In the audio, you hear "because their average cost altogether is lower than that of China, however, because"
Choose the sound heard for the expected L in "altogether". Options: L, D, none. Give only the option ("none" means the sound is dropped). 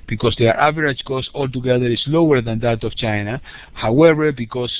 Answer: L